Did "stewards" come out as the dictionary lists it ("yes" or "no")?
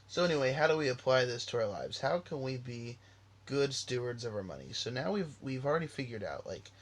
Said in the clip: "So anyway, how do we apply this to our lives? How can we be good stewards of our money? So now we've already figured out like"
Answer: yes